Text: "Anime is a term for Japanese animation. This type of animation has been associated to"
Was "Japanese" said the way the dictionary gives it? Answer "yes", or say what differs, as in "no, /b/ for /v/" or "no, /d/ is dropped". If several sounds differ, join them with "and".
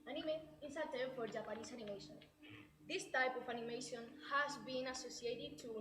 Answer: no, /s/ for /z/